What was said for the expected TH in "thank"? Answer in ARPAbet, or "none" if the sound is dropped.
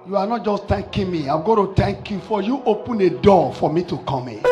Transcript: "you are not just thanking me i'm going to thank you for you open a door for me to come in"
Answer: T